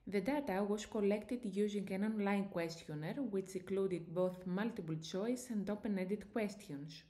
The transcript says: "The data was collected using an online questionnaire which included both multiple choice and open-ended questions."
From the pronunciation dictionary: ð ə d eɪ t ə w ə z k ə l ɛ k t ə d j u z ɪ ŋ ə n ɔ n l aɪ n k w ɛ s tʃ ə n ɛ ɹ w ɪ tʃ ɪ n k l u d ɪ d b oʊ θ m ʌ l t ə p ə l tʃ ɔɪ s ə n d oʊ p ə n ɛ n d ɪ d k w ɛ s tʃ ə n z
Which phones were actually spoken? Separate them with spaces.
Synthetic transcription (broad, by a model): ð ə d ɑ t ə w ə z k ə l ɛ k t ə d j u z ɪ ŋ ə n ɔ n l aɪ n k w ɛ s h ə n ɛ ɹ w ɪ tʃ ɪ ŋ k l u d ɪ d b oʊ θ m ʌ l t ə p ə l tʃ ɔɪ s ə n d oʊ p ə n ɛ d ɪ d k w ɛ s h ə n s